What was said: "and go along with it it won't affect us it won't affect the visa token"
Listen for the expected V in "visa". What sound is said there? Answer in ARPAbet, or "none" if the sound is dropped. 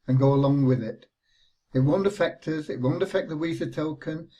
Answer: W